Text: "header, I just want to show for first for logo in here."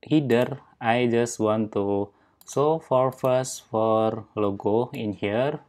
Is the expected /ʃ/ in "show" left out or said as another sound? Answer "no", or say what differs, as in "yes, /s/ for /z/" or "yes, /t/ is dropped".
yes, /s/ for /ʃ/